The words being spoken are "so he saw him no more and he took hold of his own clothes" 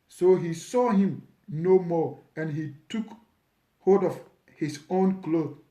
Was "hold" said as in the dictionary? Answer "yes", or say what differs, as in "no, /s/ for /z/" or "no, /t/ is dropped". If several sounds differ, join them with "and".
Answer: no, /l/ is dropped